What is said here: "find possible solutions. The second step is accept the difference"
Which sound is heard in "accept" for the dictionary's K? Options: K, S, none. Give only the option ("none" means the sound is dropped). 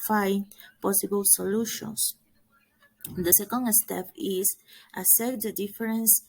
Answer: none